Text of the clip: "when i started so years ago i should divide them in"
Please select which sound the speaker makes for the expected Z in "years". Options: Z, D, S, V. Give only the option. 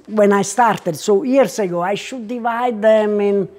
S